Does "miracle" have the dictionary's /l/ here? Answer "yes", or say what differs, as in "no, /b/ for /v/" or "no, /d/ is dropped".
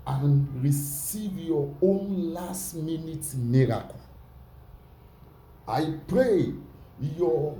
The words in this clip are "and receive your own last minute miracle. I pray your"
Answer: no, /n/ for /l/